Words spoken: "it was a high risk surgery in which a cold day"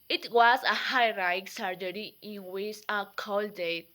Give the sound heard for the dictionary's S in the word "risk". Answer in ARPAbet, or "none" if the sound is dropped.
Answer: none